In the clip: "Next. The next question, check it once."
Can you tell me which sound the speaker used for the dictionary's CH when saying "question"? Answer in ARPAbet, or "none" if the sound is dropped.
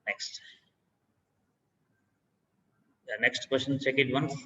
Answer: SH